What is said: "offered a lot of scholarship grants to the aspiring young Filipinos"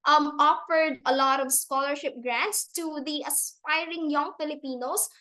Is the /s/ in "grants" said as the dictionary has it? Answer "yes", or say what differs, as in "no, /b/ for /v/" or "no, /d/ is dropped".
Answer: yes